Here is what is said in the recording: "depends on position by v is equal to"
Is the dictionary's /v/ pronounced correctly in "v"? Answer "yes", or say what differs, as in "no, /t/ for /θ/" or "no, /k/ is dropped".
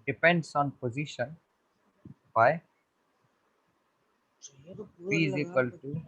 no, /f/ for /v/